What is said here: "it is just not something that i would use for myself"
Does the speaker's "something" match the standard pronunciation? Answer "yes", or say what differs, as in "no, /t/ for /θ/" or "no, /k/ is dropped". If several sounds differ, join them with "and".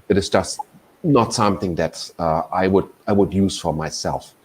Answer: yes